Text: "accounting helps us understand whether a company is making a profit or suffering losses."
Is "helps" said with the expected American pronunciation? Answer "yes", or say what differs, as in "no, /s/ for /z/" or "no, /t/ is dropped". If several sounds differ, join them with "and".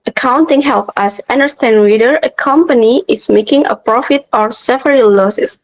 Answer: no, /s/ is dropped